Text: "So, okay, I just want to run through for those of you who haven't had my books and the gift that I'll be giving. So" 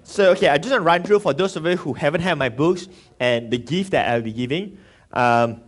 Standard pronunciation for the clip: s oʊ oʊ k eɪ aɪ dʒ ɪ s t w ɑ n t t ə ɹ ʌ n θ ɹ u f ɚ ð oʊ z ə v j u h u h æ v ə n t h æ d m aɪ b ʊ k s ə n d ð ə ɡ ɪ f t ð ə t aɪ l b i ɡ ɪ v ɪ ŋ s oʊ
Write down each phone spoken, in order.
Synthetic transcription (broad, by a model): s oʊ oʊ k eɪ aɪ dʒ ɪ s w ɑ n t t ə ɹ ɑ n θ ɹ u f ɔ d oʊ s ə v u h u h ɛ v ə n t h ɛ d m aɪ b ʊ k s ə n d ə ɡ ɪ f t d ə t aɪ w b i ɡ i v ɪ ŋ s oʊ